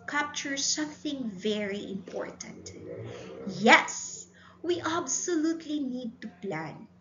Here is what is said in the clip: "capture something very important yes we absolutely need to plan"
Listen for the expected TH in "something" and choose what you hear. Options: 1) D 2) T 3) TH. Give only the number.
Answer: 3